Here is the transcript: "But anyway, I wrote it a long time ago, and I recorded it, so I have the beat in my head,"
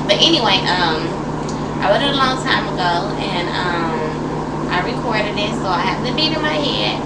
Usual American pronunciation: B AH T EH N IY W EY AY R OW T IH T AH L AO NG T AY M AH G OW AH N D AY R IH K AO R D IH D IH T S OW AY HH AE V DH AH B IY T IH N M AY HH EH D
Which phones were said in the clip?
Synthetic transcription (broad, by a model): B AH T EH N IY W EY AY W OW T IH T AH L AO NG T AY M AH G OW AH N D AY R IH K AO R D IH D IH T S OW AY HH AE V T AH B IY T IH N M AY HH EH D